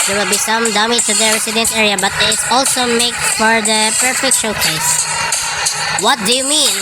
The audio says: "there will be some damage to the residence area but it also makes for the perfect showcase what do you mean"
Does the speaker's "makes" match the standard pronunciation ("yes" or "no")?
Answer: no